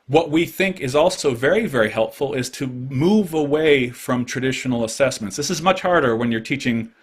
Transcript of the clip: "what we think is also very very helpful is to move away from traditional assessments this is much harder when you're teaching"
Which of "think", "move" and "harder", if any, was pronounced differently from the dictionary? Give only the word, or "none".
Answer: none